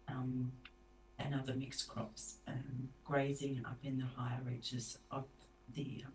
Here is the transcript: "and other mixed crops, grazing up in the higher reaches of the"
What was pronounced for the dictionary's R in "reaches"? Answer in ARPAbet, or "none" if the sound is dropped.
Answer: R